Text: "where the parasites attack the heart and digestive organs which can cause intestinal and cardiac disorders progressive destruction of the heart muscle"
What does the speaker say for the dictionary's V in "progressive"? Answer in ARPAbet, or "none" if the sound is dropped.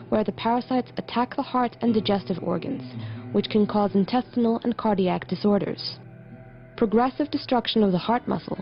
V